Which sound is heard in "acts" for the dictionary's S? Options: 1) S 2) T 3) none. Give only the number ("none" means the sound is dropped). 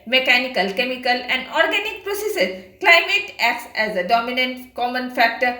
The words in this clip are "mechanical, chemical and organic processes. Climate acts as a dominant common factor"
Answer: 1